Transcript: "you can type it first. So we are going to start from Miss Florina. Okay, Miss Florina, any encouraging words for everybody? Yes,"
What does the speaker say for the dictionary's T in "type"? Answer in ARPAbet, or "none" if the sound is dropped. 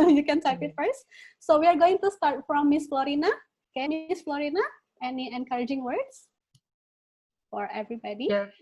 S